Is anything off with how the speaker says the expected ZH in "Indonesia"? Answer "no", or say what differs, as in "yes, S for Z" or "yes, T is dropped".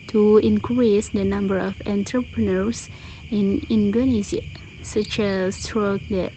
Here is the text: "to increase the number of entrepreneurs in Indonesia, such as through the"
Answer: yes, Z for ZH